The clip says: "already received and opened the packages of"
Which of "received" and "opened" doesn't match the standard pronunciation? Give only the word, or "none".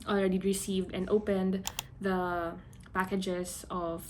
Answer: none